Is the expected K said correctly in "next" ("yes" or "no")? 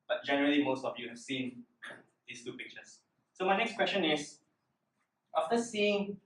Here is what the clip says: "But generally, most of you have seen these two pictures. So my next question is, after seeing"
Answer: yes